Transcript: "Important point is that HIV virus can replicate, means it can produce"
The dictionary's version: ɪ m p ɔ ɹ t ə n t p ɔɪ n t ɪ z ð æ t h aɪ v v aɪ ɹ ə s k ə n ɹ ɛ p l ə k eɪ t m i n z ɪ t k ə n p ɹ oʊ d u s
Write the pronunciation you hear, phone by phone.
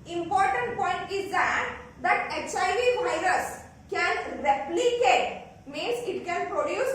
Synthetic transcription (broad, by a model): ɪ m p ɔ ɹ t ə n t p ɔɪ n t ɪ z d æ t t aɪ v v aɪ ɹ ə s k ə n ɹ ɛ p l ə k eɪ t m i n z ɪ t k ə n p ɹ oʊ d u s